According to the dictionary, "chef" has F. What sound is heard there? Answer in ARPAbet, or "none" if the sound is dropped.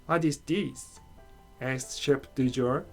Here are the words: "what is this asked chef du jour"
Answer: P